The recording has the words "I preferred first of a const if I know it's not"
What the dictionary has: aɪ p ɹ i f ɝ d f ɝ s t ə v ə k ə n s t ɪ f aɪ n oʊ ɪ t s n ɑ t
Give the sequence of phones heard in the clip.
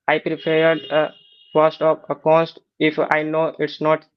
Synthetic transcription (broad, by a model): aɪ p ɹ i p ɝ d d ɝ s t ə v ə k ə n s t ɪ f aɪ n oʊ ɪ t s n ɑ t